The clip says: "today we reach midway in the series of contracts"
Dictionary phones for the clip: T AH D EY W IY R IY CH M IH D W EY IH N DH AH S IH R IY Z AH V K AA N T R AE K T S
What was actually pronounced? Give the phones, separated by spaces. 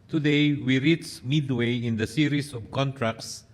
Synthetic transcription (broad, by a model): T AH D EY W IY R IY S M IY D W EY IH N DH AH S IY R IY S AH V K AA N T R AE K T S